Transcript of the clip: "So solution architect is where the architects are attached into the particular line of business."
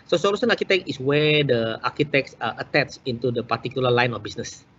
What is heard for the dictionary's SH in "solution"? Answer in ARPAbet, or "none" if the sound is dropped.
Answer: S